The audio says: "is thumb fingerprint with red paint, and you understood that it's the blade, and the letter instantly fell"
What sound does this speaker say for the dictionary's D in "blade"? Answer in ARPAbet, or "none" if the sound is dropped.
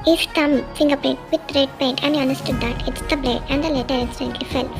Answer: none